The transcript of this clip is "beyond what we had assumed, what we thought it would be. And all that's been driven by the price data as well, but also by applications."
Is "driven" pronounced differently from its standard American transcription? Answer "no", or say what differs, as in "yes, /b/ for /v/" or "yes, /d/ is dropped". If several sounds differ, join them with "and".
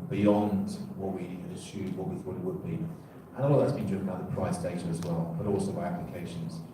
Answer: yes, /ɹ/ is dropped and /v/ is dropped